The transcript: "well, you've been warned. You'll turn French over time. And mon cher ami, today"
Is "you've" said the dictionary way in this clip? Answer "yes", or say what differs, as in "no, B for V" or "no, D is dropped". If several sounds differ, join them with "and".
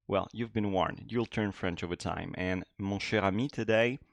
yes